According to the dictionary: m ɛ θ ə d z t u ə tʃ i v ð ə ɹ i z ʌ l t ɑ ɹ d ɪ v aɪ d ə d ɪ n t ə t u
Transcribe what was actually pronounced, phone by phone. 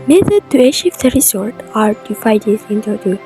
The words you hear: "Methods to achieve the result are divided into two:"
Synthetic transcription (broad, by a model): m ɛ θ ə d t u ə ʃ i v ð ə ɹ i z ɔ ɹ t ɑ ɹ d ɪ f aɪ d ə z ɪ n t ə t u